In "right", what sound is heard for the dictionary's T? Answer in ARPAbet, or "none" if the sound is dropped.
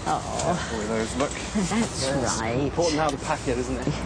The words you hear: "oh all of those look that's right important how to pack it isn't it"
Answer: none